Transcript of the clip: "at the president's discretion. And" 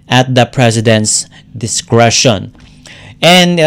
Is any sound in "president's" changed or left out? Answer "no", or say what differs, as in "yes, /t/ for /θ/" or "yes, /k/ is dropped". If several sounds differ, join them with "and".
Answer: yes, /s/ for /z/